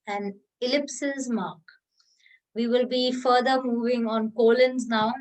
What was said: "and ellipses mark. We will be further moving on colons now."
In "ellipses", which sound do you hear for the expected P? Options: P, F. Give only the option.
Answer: P